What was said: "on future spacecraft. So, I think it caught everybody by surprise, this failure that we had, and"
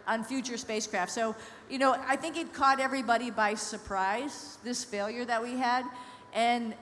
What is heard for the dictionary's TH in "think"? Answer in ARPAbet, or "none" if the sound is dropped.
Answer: TH